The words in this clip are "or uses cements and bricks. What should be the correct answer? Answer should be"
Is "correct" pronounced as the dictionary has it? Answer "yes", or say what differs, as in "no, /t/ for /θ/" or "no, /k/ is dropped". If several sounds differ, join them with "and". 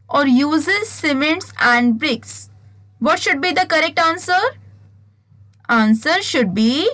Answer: yes